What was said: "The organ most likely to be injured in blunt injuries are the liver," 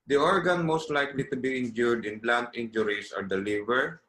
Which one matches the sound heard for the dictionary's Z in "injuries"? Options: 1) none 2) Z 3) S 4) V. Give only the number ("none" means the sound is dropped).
3